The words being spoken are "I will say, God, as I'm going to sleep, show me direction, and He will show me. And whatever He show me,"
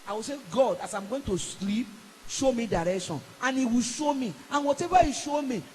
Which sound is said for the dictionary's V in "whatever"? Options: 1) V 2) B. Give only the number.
2